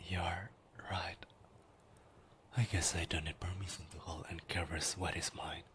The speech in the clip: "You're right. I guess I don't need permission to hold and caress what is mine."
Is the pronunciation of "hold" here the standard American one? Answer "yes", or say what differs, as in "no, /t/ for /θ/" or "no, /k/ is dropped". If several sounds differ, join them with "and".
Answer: no, /d/ is dropped